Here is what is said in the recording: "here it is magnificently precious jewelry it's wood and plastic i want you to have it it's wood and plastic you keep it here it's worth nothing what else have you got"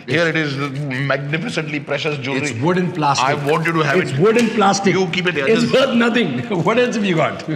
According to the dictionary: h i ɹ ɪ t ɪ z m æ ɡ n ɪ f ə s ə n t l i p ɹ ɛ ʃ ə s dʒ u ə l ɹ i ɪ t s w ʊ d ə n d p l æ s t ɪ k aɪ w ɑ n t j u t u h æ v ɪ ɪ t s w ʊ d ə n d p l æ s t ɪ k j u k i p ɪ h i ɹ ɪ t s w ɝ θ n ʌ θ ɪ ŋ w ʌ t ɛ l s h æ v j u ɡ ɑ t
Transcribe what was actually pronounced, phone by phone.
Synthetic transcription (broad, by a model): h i ɹ ɪ t ɪ z m æ ɡ n ɪ f ə s ə n t l i p ɹ ɛ ʃ ə s dʒ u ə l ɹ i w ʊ d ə n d p l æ s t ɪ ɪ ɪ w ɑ n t j u t u h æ ɪ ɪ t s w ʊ d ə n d p l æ s t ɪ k j u k i p ɪ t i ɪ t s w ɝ t n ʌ t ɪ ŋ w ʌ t ɛ l s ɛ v j u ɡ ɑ t